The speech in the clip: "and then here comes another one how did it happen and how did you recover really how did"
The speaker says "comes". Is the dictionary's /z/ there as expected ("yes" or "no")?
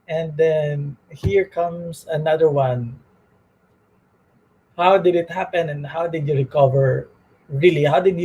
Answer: no